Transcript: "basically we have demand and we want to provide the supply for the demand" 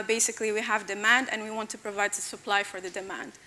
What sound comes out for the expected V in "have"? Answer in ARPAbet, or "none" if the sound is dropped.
V